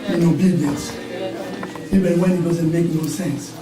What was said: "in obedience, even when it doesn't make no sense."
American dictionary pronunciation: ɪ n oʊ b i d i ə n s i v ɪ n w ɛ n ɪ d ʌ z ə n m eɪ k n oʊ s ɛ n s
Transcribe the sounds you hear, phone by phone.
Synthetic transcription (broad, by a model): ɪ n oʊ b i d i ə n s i b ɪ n w ɛ n ɪ d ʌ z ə n m eɪ k n oʊ s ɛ n s